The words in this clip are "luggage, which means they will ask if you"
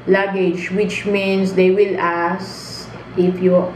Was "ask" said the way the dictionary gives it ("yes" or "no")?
no